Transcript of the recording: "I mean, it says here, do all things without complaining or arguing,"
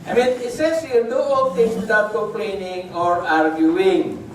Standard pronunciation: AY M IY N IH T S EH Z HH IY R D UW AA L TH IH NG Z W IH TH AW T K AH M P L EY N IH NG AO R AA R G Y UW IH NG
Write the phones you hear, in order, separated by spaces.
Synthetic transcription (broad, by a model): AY M IY N IH T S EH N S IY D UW AA L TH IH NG S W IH T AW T K AH M P L EY N IH NG AO R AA R G Y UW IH NG